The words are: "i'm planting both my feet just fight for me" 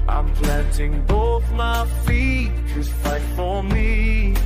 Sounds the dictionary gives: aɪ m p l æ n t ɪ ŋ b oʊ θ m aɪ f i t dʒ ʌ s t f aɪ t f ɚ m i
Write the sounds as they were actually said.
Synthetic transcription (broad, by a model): aɪ m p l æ n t ɪ ŋ b oʊ θ m aɪ f i t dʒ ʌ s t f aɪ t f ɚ m i